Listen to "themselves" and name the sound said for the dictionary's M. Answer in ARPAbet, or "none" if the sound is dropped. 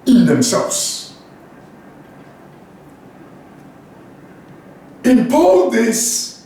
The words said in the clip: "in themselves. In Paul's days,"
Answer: M